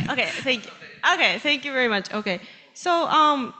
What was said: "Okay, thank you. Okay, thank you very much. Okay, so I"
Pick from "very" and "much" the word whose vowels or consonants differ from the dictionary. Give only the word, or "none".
none